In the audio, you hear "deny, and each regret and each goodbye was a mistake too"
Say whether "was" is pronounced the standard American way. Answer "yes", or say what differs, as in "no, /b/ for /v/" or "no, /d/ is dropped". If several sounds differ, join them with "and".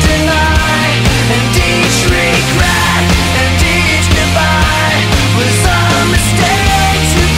no, /s/ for /z/